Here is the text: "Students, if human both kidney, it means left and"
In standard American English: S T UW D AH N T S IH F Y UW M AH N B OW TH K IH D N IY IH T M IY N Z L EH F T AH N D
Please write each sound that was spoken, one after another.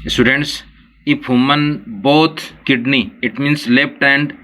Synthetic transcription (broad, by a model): S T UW D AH N T S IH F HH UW M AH N B OW T K IH D N IY IH T M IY N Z L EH P T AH N D